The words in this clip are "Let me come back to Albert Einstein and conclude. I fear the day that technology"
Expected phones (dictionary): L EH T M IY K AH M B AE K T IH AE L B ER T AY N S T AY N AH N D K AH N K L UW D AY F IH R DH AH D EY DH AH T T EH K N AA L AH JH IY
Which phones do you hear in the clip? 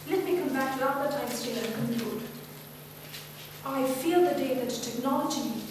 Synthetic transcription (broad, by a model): L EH T M IY K AH M B AE K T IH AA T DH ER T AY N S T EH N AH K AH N L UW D AY F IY L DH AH D EY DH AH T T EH K N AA L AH JH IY